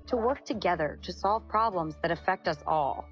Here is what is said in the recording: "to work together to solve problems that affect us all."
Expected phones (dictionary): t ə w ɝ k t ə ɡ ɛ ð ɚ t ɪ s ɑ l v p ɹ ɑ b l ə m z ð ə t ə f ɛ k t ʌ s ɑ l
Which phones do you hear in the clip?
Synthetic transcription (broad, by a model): t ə w ɝ k t ə ɡ ɛ ð ɚ t ɪ s ɑ l v p ɹ ɑ b l ə m z ð ə t ə f ɛ k t ʌ s ɑ l